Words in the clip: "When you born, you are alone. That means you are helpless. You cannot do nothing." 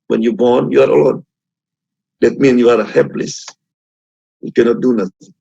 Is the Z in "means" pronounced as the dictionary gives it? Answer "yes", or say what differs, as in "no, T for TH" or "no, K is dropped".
no, Z is dropped